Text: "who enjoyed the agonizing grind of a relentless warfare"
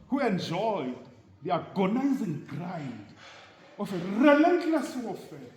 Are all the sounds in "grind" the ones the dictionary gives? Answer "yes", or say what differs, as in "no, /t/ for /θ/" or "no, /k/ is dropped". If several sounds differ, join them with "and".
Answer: no, /n/ is dropped